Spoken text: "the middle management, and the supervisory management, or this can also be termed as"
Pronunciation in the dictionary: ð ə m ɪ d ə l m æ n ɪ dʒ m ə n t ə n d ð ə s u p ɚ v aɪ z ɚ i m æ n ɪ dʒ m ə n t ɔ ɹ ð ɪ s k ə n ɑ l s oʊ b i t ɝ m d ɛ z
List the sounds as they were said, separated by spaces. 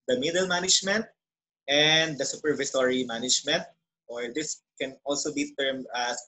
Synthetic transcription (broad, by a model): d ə m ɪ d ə l m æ n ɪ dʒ m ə n t ə n d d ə s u p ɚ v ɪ s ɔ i m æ n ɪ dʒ m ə n t ɔ ɹ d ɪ s k ə n ɑ l s oʊ b i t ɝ m ɑ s